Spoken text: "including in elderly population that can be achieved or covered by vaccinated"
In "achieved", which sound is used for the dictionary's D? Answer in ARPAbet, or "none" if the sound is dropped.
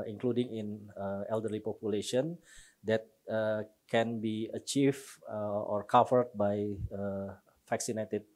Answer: none